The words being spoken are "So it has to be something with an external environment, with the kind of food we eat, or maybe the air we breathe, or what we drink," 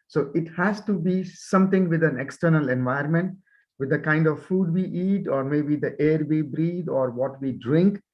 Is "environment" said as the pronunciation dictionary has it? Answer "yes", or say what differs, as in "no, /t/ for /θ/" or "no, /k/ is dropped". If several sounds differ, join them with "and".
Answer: no, /ɹ/ is dropped